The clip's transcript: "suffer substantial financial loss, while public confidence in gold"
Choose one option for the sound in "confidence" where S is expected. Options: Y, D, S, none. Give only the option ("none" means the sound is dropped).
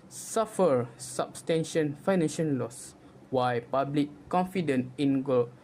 none